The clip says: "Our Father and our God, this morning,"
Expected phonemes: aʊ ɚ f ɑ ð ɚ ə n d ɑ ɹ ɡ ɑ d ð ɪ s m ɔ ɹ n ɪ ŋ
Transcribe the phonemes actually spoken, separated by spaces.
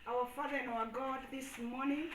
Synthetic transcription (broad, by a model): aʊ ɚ f ɑ ð ɚ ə n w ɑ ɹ ɡ ɑ d ð ɪ s m ɔ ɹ n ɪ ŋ